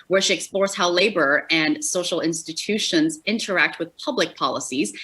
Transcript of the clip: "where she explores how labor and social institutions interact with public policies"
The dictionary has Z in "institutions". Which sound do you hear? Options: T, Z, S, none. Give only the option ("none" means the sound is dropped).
Z